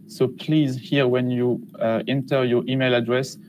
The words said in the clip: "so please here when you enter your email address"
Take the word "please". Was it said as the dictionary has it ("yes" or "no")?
yes